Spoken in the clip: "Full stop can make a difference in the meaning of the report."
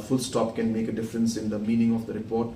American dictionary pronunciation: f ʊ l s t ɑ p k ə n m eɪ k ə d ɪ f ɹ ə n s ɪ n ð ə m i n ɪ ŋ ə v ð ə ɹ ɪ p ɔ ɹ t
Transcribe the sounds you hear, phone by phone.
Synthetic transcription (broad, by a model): f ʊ l s t ɑ p k ə n m eɪ k ə d ɪ f ɹ ə n s ɪ n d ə m i n ɪ ŋ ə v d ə ɹ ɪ p ɔ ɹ t